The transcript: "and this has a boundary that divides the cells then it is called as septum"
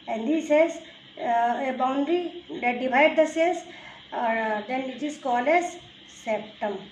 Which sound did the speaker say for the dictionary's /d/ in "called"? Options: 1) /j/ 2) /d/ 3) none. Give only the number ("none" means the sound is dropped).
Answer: 3